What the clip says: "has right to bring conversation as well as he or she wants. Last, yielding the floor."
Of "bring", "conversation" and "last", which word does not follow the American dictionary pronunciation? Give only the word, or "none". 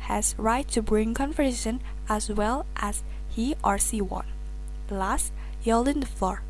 conversation